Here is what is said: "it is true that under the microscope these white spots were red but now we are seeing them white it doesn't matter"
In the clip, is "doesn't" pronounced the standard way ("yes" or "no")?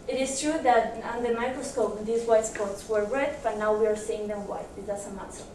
no